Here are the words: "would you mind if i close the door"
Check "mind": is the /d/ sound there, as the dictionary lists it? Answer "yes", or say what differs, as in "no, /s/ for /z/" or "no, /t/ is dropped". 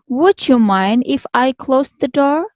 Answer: yes